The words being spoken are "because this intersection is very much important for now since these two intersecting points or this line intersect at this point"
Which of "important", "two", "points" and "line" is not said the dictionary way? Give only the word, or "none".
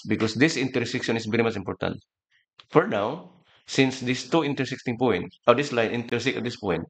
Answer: points